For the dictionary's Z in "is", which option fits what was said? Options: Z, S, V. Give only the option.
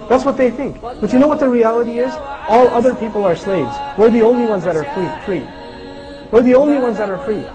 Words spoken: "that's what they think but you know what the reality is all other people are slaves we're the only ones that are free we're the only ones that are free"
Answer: Z